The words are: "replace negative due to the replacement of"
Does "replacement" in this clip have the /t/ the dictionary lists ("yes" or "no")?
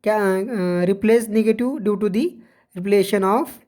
no